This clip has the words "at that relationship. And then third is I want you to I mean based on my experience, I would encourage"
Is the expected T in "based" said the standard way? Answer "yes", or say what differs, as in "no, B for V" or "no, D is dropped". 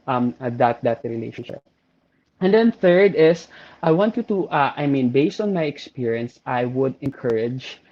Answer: yes